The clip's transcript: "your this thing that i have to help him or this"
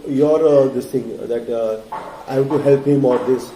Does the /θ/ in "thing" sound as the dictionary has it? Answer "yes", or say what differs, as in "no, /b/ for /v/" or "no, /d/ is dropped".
no, /t/ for /θ/